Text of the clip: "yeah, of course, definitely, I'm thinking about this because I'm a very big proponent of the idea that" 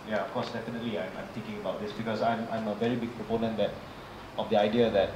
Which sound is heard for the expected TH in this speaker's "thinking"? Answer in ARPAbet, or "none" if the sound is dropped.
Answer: T